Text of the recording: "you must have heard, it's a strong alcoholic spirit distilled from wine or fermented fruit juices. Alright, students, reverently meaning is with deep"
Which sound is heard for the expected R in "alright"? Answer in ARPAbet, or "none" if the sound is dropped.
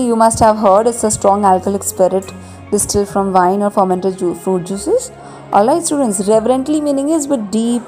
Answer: none